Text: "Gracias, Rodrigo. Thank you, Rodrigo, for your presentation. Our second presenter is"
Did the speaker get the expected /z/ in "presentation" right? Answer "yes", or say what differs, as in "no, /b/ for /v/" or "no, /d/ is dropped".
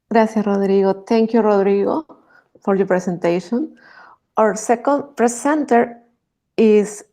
no, /s/ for /z/